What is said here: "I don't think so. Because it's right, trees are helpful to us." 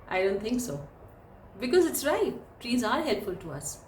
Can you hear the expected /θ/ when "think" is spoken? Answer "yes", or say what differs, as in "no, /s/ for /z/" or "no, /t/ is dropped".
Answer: no, /t/ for /θ/